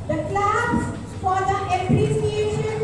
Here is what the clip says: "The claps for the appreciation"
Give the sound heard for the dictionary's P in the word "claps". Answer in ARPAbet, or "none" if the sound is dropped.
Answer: B